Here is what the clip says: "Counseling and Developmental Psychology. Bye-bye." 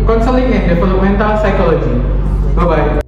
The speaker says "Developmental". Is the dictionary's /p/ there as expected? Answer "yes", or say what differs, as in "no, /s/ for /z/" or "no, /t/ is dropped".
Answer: no, /p/ is dropped